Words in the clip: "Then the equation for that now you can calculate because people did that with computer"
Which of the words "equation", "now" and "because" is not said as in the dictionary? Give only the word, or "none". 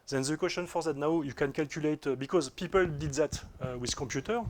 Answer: equation